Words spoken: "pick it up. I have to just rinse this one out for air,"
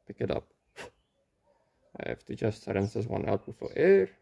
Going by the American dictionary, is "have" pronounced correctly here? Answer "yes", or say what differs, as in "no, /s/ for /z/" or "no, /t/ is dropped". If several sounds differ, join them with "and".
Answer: no, /f/ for /v/